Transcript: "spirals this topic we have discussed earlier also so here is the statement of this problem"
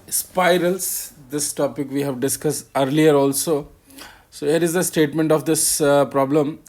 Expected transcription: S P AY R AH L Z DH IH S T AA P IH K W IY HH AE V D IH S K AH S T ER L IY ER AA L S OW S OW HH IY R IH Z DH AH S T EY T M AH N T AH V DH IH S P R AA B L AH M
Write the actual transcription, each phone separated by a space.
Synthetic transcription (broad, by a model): S P AY R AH L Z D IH S T AA P IH K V IY HH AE V D IH S K AH S T ER L IY ER AA L S OW S OW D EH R IH Z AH S T EY T M AH N T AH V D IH S P R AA B L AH M